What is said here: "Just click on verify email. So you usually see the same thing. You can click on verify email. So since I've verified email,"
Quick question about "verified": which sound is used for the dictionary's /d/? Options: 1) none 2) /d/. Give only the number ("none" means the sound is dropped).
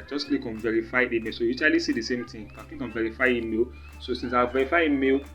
1